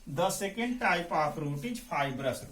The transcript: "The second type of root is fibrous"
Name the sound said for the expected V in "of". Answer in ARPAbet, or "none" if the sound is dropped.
P